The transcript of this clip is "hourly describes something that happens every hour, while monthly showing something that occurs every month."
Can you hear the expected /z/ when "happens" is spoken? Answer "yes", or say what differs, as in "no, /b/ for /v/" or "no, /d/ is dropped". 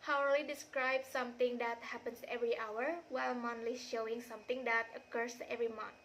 no, /s/ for /z/